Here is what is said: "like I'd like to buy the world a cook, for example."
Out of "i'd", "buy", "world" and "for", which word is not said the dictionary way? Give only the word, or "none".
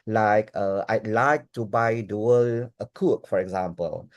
world